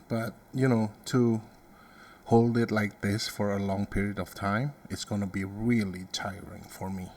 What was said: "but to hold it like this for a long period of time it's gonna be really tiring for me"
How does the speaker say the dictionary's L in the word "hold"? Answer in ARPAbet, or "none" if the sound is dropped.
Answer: L